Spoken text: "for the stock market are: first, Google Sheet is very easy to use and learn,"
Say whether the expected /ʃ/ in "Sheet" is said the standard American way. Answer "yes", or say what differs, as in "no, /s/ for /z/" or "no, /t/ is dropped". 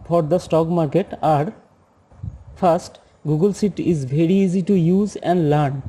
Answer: no, /s/ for /ʃ/